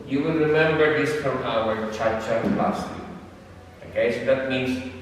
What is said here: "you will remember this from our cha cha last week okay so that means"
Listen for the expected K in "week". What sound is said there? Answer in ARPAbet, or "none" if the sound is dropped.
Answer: none